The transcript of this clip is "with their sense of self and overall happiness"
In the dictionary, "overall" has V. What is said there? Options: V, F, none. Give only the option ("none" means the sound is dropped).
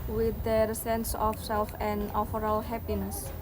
F